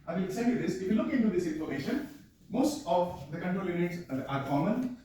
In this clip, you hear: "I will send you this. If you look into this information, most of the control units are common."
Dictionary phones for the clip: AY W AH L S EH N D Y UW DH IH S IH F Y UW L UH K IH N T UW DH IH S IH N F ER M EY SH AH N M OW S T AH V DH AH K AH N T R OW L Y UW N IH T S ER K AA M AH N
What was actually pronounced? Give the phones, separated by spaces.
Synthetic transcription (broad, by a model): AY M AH N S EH D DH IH S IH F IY L UH K IH N T UW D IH S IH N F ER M EY SH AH N M OW S T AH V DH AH K AH N T R OW L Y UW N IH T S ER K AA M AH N